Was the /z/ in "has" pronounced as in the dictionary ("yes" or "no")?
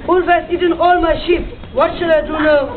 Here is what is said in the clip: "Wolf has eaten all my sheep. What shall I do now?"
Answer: no